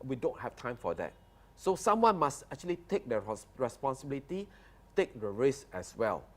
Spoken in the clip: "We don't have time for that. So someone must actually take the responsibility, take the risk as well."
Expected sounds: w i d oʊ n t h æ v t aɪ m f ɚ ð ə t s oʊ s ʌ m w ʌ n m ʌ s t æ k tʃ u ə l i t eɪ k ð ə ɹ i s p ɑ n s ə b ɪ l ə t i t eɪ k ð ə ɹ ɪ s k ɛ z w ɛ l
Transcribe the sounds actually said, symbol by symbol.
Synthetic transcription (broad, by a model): w i d oʊ n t h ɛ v t aɪ m f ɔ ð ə t s oʊ s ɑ m w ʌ n m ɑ s t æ k tʃ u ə l i t eɪ k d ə ɹ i s p ɑ n s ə b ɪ l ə t i t eɪ k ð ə ɹ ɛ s ɛ s w ɛ l